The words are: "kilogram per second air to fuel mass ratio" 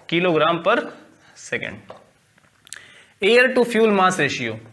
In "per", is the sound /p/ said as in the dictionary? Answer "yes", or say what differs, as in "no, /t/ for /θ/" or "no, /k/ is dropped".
yes